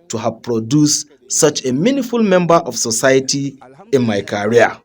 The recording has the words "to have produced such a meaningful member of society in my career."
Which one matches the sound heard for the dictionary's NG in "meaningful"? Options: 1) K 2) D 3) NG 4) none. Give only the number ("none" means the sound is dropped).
4